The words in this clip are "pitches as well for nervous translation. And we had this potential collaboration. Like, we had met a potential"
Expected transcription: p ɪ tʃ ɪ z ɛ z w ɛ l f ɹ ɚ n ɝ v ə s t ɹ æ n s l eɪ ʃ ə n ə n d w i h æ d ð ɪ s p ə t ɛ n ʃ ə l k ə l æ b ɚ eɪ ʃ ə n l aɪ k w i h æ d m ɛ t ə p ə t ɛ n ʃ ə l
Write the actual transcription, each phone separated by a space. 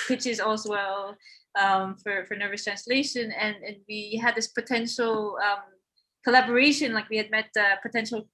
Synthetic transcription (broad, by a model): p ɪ tʃ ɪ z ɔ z w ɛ l f ɹ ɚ n ɝ v ə s t ɹ æ n s l eɪ ʃ ə n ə n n w i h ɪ d ð ɪ s p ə t ɛ n ʃ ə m k ə l æ b ɚ eɪ ʃ ə n l aɪ k w i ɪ d m ɛ t ə p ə t ɛ n ʃ l